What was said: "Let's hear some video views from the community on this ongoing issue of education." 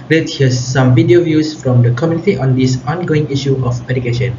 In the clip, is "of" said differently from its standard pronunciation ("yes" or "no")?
yes